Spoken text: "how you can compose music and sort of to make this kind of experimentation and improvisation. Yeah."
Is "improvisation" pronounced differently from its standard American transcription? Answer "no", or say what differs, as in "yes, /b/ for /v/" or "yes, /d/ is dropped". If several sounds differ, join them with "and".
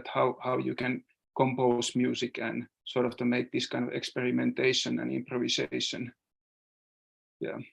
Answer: yes, /s/ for /z/